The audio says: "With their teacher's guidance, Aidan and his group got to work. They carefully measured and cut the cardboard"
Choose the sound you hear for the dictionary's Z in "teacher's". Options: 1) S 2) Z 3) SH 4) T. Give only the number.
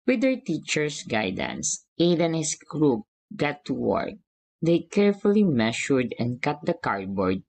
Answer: 1